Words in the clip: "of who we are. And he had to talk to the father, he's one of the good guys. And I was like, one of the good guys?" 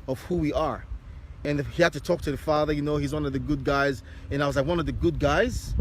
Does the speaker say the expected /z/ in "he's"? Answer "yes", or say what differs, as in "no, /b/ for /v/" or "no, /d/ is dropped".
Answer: yes